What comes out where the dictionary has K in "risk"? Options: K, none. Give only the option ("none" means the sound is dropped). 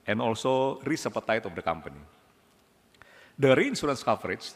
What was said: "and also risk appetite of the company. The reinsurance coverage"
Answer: none